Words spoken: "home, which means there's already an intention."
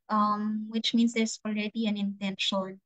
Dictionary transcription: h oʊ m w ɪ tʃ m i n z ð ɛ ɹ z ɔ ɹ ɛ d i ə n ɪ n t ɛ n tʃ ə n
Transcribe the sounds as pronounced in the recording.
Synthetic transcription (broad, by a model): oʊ m w ɪ tʃ m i n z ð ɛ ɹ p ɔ l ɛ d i ə n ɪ n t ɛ n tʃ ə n